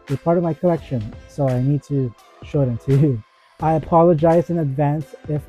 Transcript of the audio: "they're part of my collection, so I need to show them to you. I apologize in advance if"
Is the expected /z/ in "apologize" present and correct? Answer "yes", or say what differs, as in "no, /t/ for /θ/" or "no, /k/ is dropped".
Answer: yes